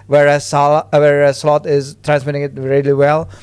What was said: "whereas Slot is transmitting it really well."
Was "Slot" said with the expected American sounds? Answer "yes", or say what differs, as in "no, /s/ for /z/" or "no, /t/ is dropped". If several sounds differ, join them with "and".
yes